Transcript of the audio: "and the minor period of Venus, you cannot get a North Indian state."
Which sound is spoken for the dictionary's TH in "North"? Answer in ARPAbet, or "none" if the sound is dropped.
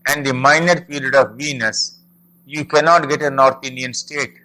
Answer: T